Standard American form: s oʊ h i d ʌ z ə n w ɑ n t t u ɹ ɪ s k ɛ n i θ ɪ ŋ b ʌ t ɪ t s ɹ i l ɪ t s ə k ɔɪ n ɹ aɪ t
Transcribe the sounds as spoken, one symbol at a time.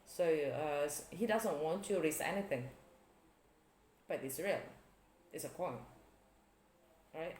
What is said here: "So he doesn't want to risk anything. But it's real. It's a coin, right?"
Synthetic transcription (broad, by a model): s oʊ h i d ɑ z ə n w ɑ n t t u ɹ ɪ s ɛ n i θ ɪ ŋ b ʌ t ɪ t s ɹ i l ɪ t s ə k ɔɪ n ɹ aɪ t